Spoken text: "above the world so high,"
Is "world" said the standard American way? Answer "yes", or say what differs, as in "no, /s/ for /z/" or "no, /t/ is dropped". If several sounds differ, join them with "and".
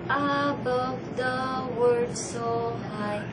no, /l/ is dropped